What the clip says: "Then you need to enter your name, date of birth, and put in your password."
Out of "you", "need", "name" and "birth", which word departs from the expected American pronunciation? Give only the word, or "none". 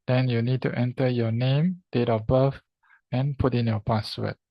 birth